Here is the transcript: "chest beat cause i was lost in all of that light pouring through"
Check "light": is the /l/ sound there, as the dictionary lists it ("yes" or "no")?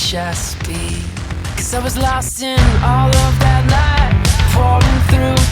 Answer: no